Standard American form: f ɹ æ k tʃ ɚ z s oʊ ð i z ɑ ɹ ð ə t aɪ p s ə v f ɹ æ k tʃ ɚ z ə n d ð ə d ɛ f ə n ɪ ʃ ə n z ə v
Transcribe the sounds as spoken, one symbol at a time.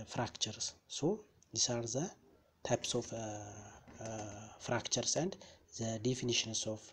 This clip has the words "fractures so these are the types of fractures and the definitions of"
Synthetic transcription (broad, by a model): f ɹ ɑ k tʃ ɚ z s oʊ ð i s ɑ ɹ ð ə t aɪ p s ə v f ɹ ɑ k tʃ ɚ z ə n d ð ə d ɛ f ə n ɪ ʃ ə n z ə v